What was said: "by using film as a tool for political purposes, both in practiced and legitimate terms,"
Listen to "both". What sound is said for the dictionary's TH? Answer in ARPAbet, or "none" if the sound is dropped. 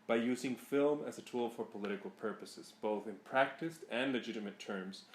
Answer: TH